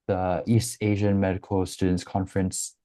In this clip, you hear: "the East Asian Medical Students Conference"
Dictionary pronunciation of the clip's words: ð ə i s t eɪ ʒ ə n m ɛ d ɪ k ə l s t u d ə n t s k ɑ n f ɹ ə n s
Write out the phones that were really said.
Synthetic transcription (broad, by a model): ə i s t eɪ ʒ ə n m ɛ d ɪ k ə l s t u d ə n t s k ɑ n f ɹ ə n s